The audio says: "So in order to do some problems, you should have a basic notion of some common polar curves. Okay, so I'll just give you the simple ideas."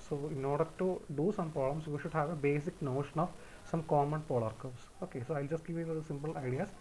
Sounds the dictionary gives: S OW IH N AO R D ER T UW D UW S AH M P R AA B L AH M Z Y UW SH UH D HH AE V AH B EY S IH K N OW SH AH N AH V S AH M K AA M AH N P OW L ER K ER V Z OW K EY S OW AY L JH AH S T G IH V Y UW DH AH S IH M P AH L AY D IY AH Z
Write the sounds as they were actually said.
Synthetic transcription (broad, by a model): S OW IH N AO R D ER T UW D UW S AH M P R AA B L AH M S Y UW SH UH D HH AE V AH B EY S IH K N OW SH AH N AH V S AH M K AA M AH N P OW L ER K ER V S OW K EY S OW AY L JH AH S T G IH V Y UW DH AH S IH M P AH L AY D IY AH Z